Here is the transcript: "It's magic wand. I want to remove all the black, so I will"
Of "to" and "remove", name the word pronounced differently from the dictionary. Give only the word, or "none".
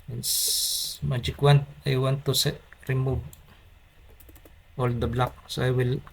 to